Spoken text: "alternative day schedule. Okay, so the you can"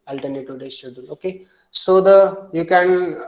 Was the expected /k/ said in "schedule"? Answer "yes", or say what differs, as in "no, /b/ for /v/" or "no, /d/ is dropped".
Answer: no, /k/ is dropped